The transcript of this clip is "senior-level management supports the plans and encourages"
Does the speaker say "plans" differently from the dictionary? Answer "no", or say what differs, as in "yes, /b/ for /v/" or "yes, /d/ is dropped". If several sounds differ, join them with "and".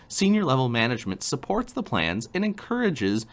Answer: no